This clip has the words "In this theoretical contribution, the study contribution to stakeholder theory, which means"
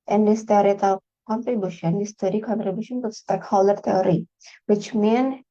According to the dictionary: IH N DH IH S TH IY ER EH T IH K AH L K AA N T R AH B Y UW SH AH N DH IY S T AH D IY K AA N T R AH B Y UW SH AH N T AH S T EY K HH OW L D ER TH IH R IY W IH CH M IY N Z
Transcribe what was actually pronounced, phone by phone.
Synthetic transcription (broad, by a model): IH N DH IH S T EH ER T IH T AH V K AA N T R AH B Y UW SH AH N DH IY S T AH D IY K AA N T R AH B Y UW SH AH N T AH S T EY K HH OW L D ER T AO R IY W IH CH M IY N